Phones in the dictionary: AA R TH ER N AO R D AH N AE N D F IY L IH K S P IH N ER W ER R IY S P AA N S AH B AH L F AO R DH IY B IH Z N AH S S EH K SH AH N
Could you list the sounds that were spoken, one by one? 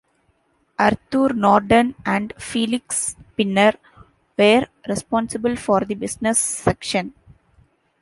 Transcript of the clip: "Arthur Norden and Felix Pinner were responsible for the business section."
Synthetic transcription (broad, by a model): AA R T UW N AO R D AH N AE N D F IY L IH K S P IH N ER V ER R IY S P AA N S AH B AH L F AO R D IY B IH S N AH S S EH K SH AH N